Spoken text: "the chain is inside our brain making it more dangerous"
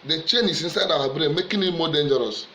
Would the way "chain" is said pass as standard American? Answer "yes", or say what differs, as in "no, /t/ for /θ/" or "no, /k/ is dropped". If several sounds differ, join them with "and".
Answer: yes